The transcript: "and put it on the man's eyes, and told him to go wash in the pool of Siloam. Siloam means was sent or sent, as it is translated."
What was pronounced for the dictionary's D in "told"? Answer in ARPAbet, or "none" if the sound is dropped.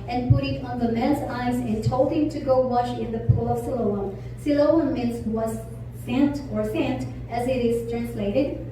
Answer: none